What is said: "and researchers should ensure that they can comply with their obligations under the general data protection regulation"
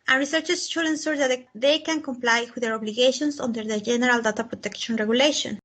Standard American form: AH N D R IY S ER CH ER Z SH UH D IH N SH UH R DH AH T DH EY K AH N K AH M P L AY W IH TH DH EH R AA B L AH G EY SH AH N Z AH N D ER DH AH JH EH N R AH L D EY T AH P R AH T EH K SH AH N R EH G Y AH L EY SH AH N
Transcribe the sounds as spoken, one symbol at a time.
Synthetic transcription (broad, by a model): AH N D R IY S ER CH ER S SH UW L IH N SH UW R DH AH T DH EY K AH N K AH M P L AY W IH DH EH R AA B L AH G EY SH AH N S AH N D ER DH AH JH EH N R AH L D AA T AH P R AH T EH K SH AH N R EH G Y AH L EY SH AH N